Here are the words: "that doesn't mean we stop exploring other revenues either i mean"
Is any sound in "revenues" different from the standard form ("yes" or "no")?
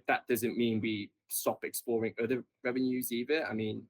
no